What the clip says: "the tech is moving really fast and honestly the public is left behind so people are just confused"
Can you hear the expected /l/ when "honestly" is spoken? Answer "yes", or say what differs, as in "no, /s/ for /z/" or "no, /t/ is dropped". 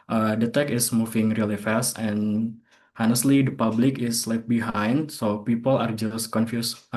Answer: yes